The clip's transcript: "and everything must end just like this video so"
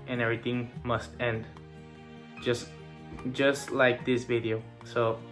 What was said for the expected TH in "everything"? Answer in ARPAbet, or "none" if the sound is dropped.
T